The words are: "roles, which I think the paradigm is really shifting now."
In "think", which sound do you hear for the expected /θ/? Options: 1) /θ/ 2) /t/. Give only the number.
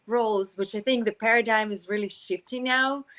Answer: 1